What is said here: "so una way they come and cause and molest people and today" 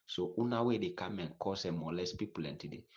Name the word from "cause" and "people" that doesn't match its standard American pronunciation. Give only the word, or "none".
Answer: cause